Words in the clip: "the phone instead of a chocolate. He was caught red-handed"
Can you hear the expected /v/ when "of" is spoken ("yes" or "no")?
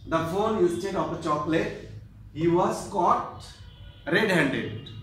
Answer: no